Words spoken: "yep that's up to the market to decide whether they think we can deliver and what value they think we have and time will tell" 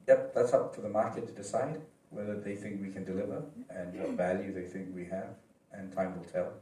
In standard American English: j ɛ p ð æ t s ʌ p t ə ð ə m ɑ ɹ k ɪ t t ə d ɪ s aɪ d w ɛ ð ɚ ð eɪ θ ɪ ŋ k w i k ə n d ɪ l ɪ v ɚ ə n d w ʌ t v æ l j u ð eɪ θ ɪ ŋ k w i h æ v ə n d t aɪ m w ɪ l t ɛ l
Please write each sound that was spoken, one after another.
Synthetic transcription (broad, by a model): j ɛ p ð æ t s ʌ p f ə ð ə m ɑ ɹ k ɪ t t ə d ɪ s aɪ d w ɛ ð ɚ ð eɪ θ ɪ ŋ k w i k ə n d ɪ l ɪ v ɚ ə n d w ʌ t v æ l j u ð eɪ θ ɪ ŋ k w i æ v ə n t aɪ m w ɪ l t ɛ l